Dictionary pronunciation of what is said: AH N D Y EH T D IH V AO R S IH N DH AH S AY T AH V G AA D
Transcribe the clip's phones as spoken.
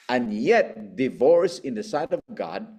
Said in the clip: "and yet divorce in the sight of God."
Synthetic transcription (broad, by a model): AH N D Y EH T D IH V AO R S IH N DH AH S AY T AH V G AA D